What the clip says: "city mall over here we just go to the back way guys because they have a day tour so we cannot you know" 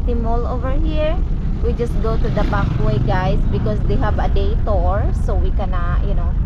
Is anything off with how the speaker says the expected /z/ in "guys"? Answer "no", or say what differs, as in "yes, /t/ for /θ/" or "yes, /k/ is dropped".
yes, /s/ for /z/